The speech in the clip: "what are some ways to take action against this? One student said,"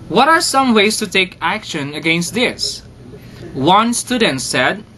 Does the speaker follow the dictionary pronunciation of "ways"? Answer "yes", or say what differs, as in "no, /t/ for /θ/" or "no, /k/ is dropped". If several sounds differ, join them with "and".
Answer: no, /s/ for /z/